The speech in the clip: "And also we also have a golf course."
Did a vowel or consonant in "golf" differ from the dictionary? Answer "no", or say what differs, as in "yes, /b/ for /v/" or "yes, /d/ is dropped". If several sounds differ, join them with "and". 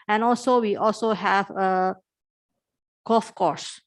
yes, /l/ is dropped